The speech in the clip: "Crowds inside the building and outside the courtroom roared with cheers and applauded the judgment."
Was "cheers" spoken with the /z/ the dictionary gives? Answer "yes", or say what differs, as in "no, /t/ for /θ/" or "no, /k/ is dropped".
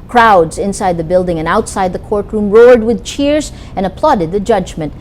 yes